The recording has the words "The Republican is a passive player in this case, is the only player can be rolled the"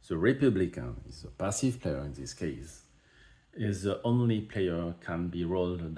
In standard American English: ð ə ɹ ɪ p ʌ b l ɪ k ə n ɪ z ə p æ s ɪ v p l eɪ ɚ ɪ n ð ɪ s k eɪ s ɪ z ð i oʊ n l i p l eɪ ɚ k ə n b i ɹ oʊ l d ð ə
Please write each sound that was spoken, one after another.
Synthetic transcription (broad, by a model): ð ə ɹ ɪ p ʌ b l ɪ k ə n ɪ z ə p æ s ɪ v p l eɪ ɚ ɪ n ð ɪ s k eɪ s ɪ z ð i oʊ n l i p l eɪ ɚ k ə n b i ɹ oʊ l d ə